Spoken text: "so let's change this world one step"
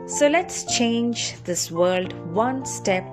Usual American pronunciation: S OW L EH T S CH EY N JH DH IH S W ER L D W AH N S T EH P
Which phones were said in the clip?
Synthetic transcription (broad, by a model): S OW L EH T S CH EY N JH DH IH S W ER L D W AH N S T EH P